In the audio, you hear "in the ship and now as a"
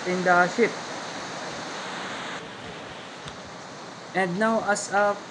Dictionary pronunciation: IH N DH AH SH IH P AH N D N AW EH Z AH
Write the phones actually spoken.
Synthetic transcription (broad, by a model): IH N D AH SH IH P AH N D N AW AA S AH